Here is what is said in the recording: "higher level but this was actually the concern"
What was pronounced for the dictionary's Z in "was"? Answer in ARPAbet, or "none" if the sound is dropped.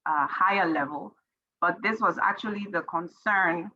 Z